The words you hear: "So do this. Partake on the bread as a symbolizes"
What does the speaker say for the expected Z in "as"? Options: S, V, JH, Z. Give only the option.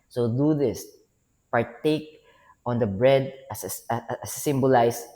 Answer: S